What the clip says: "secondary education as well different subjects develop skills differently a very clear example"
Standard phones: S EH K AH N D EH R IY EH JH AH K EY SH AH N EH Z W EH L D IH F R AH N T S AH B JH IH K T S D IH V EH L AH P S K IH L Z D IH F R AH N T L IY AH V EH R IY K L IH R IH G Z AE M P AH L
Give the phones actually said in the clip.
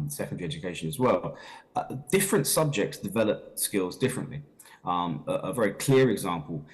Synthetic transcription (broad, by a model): S EH K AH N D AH R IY EH JH AH K EY SH AH N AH Z W EH L D IH F R AH N T S AH B JH IH K T S D IH V EH L AH P S K IH L Z D IH F R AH N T L IY AH V EH R IY K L IH R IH G Z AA M P AH L